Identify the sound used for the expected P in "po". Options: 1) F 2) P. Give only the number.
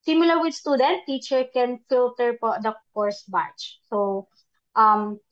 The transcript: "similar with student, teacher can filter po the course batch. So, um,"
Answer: 2